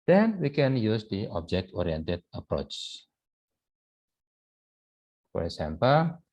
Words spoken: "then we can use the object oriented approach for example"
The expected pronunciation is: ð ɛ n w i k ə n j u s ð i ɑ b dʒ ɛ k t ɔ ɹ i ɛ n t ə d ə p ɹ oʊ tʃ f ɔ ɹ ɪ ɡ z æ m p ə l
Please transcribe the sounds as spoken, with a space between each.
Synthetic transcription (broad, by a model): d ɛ n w i k ə n j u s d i ɑ b dʒ ɛ k t ɔ ɹ i ɛ n t ə d ə p ɹ oʊ tʃ f ɔ ɹ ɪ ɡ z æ m p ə l